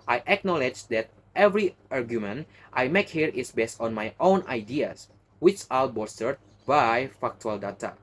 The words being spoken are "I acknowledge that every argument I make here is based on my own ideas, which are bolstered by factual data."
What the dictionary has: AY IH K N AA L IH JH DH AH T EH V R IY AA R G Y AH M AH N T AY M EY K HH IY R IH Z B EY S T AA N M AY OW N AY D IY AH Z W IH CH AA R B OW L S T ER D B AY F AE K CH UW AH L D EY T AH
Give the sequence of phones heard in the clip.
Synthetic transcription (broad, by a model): AY IH K N AA L IH JH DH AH T EH V R IY AA R G Y AH M AH N T AY M EY K HH IY R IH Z B EY S T AA N M AY OW N AY D IY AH S W IH CH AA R B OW S T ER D B AY F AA K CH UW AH L D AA T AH